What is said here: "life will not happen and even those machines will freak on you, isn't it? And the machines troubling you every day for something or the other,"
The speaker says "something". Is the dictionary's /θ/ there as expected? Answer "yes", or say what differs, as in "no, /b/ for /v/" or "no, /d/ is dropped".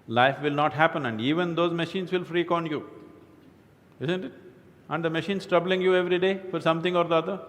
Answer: no, /t/ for /θ/